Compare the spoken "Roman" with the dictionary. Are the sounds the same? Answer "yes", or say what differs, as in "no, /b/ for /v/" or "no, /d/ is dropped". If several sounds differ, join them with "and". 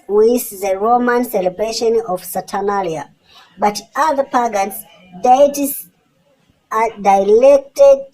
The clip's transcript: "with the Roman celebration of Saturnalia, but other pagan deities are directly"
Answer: yes